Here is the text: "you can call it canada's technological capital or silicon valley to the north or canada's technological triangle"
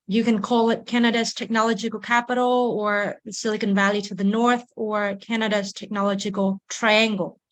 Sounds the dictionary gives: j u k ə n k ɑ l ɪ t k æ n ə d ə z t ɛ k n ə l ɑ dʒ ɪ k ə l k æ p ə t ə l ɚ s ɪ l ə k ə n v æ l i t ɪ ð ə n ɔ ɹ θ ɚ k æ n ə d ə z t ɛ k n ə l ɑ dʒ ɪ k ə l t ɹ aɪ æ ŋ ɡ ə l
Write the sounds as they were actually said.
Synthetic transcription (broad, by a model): j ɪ k ə n k ɑ l ɪ t k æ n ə d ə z t ɛ k n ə l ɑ dʒ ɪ k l k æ p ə t l ɚ s ɪ l ə k ə n v æ l i t ɪ ð ə n ɔ ɹ θ ɚ k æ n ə d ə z t ɛ k n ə l dʒ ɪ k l t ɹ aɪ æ ŋ ɡ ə l